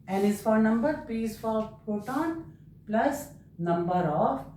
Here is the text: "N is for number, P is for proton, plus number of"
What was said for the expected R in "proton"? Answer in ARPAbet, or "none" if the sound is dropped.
none